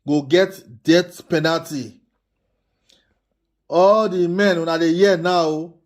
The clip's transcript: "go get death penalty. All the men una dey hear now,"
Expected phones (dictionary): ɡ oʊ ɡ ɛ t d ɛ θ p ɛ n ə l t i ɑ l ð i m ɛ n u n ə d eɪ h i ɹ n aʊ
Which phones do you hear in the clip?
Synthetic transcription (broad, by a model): ɡ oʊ ɡ ɛ t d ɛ t p ɛ n ə l t i ɑ l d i m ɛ n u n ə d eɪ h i n aʊ